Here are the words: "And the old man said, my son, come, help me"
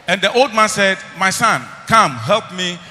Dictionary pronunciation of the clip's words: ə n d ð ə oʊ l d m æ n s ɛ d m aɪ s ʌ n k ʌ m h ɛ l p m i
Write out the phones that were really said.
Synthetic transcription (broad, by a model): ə n d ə oʊ l d m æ n s ɛ d m aɪ s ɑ n k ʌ m h ɛ l p m i